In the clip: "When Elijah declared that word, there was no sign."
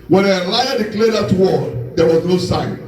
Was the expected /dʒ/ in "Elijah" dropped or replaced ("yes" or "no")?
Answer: yes